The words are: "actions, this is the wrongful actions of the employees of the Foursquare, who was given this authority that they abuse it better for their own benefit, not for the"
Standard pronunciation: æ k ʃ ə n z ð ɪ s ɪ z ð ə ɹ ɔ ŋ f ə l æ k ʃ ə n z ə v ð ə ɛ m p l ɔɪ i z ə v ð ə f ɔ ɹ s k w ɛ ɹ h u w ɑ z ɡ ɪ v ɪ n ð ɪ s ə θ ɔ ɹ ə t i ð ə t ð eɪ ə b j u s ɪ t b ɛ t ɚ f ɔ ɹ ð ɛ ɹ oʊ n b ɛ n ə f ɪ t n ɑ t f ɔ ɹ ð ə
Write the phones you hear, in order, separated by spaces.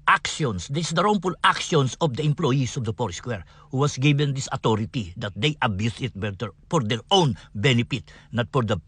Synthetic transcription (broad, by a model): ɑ k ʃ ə n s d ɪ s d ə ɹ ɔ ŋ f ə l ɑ k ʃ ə n s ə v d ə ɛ m p l ɔɪ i s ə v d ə p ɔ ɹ s k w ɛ ɹ h u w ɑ s ɡ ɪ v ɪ n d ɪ s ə t ɔ ɹ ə t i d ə t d eɪ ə b j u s ɪ t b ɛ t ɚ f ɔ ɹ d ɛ ɹ oʊ n b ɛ n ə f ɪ t n ɑ t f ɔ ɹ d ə